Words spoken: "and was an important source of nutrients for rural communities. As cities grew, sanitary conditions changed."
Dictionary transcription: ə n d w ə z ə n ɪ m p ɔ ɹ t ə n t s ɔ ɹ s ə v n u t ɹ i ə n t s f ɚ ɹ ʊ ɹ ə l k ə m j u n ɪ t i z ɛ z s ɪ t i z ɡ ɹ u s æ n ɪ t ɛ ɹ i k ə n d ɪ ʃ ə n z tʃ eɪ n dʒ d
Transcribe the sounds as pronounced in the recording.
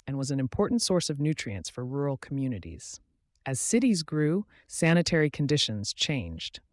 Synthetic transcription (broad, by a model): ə n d w ə z n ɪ m p ɔ ɹ t n t s ɔ ɹ s ə v n u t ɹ i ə n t s f ɚ ɹ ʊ ɹ l k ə m j u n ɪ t i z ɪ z s ɪ t i z ɡ ɹ u s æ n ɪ t ɛ ɹ i k n d ɪ ʃ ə n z tʃ eɪ n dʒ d